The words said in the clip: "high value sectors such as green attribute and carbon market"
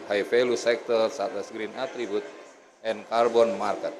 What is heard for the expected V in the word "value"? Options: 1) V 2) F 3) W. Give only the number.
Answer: 2